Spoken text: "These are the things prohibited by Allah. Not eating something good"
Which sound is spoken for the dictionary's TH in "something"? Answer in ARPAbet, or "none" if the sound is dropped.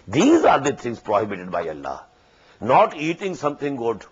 T